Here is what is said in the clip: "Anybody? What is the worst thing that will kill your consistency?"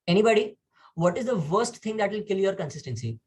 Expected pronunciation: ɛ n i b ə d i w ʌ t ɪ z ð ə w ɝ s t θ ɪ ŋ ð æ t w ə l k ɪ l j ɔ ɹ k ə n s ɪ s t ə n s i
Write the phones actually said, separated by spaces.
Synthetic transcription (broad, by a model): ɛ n i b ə d i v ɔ t ɪ z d ə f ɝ s t t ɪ ŋ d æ t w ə l k ɪ l j ɔ ɹ k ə n s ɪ s t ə n s i